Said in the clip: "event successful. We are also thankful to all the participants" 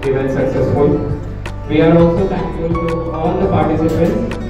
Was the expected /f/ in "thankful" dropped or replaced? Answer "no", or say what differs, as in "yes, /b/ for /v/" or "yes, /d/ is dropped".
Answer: yes, /f/ is dropped